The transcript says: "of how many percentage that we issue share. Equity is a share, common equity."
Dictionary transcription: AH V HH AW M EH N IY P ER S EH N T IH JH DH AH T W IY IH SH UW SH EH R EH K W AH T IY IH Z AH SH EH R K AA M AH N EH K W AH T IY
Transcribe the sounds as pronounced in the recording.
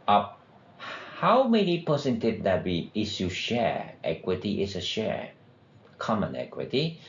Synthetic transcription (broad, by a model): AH HH AW M EH N IY P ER S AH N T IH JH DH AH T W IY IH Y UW SH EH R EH K W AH T IY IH S AH SH EH R K AA M AH N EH K W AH T IY